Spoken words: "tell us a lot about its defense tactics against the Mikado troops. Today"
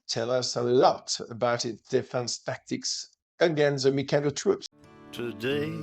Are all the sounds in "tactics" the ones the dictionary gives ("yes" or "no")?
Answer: yes